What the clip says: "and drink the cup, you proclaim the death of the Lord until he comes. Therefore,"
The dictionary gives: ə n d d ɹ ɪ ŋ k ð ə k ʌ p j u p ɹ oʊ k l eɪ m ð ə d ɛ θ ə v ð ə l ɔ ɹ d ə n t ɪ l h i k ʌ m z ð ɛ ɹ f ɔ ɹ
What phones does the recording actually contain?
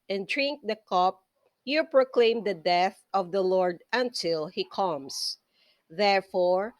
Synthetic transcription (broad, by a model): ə n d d ɹ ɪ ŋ k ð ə k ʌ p j u p ɹ oʊ k l eɪ m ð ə d ɛ θ ə v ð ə l ɔ ɹ d ə n t ɪ l h i k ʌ m s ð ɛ ɹ f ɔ ɹ